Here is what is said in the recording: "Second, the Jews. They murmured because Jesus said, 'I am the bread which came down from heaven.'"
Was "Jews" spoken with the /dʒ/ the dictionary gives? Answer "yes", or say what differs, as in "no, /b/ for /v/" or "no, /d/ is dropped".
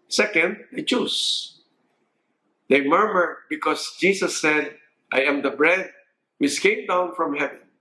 no, /tʃ/ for /dʒ/